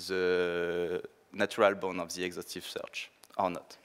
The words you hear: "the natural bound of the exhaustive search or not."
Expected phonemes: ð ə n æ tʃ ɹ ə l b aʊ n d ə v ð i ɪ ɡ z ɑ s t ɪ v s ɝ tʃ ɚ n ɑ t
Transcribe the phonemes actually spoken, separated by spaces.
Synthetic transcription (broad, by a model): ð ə n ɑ tʃ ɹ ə l b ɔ n ə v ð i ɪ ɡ z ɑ s t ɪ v s ɝ tʃ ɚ n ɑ t